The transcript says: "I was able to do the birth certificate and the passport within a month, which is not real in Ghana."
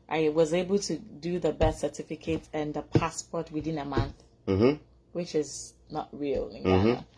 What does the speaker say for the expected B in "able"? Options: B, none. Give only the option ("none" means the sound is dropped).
B